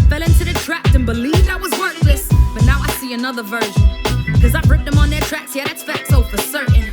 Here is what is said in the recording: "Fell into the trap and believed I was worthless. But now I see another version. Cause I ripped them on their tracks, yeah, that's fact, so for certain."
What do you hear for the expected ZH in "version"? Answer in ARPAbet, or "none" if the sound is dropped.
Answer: ZH